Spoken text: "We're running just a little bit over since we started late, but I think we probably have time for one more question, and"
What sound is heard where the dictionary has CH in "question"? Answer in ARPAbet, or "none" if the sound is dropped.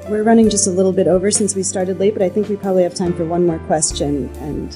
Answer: CH